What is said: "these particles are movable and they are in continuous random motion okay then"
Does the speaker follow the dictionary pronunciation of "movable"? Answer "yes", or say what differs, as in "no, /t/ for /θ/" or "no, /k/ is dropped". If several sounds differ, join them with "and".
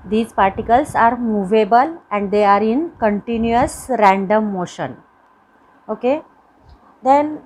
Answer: yes